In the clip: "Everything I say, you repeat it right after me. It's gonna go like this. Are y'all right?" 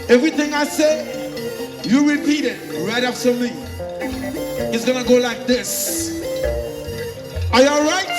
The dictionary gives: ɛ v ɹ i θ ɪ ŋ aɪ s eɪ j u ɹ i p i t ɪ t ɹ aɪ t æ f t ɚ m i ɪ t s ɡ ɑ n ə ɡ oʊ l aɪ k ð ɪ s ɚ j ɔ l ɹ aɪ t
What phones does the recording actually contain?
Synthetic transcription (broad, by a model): ɛ v ɹ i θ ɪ ŋ aɪ s eɪ j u ɹ i p i t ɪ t ɹ aɪ t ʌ p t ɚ m i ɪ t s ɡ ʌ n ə ɡ oʊ l aɪ k ð ɪ s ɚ j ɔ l ɹ aɪ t